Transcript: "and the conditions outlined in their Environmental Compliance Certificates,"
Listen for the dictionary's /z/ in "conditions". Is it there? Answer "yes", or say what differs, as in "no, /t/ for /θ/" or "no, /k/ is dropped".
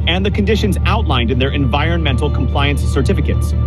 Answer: yes